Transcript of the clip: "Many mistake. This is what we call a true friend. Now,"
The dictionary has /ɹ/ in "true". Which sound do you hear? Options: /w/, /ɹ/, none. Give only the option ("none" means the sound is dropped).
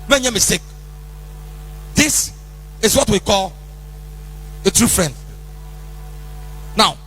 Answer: /ɹ/